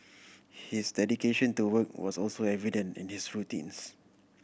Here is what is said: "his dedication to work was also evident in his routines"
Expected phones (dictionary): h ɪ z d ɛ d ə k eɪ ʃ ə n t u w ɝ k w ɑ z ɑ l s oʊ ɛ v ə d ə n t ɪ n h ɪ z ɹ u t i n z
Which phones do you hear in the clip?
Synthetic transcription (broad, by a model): h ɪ s d ɛ d ə k eɪ ʃ ə n t u w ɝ k w ɑ s ɑ l s oʊ ɛ v ə d ə n t ɪ n h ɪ s ɹ u t i n s